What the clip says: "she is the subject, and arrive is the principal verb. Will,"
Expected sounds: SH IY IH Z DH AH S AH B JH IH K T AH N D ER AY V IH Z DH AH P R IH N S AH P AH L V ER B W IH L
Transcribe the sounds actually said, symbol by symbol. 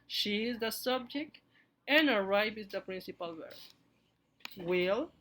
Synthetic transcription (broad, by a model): SH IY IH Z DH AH S AH B JH IH K T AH N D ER AY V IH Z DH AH P R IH N S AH P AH L W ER W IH L